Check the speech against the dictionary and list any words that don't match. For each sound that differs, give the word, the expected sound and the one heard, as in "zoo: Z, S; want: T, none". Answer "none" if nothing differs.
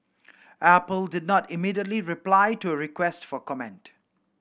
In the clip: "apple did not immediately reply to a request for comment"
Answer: none